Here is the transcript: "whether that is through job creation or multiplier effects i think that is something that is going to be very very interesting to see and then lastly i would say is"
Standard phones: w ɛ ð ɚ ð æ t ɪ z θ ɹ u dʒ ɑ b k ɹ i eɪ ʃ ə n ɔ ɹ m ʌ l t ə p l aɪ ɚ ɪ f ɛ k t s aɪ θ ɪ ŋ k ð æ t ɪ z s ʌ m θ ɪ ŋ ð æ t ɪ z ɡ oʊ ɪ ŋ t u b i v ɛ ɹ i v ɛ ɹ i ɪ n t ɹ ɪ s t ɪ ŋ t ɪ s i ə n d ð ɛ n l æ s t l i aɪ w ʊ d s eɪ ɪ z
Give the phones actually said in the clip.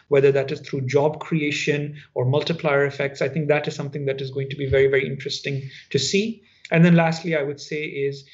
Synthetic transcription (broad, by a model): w ɛ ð ɚ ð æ t ɪ z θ ɹ u dʒ ɑ b k ɹ i eɪ ʃ ə n ɔ ɹ m ʌ l t ə p l aɪ ɚ ɪ f ɛ k t s aɪ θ ɪ ŋ k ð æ t ɪ z s ʌ m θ ɪ ŋ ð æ t ɪ z ɡ oʊ ɪ ŋ t u b i v ɛ ɹ i v ɛ ɹ i ɪ n t ɹ ɪ s t ɪ ŋ t ɪ s i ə n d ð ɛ n l æ s t l i aɪ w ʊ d s eɪ ɪ z